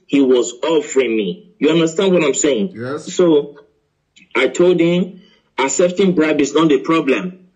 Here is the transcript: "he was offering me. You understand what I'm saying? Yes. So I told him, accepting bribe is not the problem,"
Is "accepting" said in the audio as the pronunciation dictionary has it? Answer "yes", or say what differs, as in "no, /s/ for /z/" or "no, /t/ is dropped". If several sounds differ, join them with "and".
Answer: no, /k/ is dropped